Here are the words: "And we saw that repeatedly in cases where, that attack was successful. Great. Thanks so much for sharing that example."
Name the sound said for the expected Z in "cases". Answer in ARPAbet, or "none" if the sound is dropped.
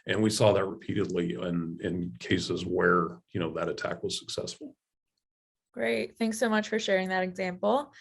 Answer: Z